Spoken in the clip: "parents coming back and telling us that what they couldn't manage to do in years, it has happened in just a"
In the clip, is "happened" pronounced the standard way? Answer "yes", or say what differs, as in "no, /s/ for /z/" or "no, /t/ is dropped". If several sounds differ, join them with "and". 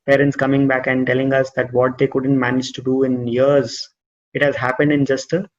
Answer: yes